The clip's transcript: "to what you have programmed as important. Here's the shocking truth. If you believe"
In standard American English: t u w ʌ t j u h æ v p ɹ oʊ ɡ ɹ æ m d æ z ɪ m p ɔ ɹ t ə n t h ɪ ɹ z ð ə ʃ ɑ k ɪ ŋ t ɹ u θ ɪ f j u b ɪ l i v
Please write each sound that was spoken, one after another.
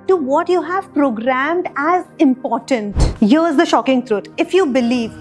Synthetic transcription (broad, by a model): t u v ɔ t j u h æ v p ɹ oʊ ɡ ɹ æ m d æ z ɪ m p ɔ ɹ t ə n t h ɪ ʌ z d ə ʃ ɑ k ɪ ŋ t ɹ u t ɪ f j u b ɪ l i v